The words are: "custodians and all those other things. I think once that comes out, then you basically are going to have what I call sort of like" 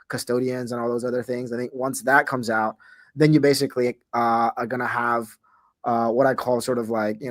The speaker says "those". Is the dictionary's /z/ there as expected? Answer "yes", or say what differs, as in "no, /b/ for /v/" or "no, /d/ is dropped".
yes